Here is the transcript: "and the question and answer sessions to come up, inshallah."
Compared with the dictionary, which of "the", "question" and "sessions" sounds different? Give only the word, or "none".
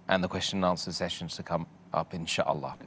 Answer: none